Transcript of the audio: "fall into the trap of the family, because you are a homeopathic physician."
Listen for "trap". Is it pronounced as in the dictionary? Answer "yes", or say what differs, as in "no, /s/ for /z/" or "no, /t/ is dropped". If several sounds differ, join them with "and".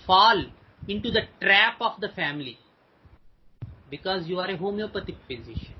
yes